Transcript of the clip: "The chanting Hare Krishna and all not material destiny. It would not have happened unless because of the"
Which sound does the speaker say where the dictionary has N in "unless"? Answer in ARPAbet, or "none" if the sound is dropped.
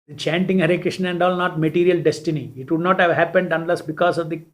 N